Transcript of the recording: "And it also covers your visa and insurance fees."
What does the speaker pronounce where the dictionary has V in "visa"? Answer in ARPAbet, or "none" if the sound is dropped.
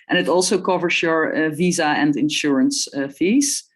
V